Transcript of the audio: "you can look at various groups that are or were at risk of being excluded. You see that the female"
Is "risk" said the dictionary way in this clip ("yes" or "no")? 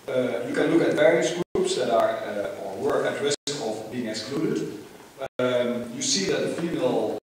no